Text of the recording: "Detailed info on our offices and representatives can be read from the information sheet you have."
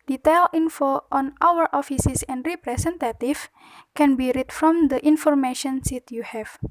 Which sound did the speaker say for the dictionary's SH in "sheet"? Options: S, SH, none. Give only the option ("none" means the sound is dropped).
S